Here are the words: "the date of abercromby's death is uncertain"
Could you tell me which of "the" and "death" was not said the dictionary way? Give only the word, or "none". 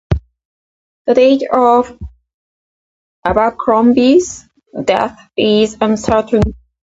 none